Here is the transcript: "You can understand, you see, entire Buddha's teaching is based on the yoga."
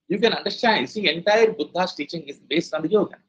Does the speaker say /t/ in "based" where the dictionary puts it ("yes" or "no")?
no